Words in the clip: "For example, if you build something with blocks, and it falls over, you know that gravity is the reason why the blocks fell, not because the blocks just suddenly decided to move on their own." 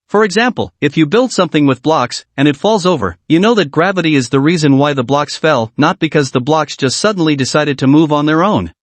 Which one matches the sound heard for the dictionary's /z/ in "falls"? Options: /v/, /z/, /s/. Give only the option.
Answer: /z/